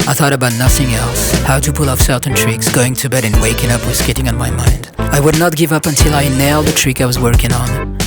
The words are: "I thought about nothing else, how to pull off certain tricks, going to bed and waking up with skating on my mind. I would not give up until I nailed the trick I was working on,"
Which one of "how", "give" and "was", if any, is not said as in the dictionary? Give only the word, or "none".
none